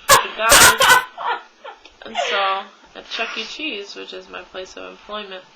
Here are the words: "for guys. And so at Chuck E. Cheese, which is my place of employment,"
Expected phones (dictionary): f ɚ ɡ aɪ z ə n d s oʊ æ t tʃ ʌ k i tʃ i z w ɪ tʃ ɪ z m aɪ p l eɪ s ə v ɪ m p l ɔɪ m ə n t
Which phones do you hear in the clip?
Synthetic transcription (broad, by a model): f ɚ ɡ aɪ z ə n s oʊ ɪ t tʃ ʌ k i tʃ i z w ɪ tʃ ɪ z m aɪ p l eɪ s ə v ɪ m p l ɔɪ m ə n t